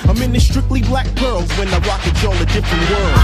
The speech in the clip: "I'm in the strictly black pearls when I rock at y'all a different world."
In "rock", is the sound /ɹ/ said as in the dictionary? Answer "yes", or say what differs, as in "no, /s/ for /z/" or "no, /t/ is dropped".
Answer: no, /w/ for /ɹ/